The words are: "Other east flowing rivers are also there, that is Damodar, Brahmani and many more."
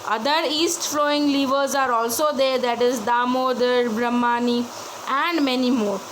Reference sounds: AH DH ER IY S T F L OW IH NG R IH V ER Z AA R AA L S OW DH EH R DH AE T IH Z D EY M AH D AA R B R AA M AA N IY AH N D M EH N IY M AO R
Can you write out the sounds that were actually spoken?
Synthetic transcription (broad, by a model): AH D ER IY S T F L OW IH NG L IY V ER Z AA R AA L S OW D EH R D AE T IH Z D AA M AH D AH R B R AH M AA N IY AH N D M EH N IY M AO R